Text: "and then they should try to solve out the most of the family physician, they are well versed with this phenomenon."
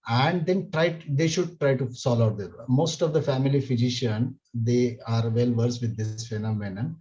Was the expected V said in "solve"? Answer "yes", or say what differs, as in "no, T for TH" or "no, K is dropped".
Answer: no, V is dropped